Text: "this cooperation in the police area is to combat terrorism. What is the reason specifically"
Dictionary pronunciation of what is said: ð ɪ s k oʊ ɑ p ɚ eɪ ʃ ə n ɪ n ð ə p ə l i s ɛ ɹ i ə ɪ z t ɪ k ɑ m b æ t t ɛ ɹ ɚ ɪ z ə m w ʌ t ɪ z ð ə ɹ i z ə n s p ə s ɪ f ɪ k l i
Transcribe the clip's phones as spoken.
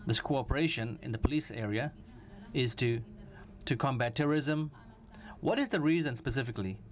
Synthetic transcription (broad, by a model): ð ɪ s k oʊ ɑ p ɚ eɪ ʃ ə n ɪ n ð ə p ə l i s ɛ ɹ i ə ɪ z t ɪ k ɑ m b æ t t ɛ ɹ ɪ z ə m w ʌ t ɪ z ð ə ɹ i z ə n s p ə s ɪ f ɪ k l i